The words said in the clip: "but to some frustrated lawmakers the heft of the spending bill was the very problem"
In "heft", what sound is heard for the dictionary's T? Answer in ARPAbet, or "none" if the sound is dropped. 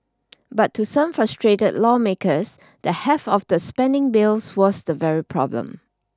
none